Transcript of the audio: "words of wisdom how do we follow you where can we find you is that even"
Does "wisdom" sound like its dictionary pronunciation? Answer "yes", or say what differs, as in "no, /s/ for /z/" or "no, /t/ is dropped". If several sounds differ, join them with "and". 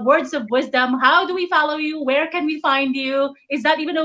yes